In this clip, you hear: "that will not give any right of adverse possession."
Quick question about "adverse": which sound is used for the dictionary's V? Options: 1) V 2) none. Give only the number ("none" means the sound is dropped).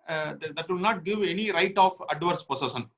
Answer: 1